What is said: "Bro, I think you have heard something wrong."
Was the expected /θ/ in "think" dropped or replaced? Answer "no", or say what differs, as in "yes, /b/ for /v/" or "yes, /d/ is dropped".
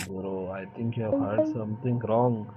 yes, /t/ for /θ/